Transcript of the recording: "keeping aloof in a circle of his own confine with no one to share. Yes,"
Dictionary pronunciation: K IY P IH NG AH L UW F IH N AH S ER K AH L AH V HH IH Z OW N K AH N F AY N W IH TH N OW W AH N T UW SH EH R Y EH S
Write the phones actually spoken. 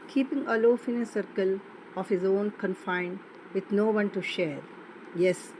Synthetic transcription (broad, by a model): K IY P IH NG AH L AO F IH N AH S ER K AH L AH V HH IH Z OW N K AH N F AY N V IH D N OW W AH N T UW SH EH R Y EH S